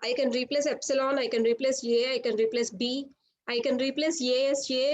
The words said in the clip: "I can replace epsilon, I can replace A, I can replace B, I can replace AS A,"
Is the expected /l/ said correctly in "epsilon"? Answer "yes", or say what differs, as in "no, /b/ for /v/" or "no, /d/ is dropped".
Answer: yes